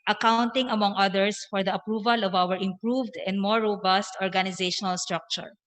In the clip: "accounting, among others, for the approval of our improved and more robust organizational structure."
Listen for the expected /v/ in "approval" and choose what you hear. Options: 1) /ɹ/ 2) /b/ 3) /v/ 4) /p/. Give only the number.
3